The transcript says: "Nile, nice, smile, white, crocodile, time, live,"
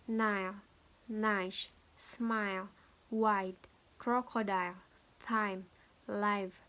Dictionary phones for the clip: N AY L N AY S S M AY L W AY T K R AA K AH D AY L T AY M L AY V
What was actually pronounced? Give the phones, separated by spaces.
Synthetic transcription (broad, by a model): N AY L N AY SH S M AY L W AY T K R AA K AH D AY L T AY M L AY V